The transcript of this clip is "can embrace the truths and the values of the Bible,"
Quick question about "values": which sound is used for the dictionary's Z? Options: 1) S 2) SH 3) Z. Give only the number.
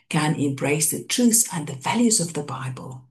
3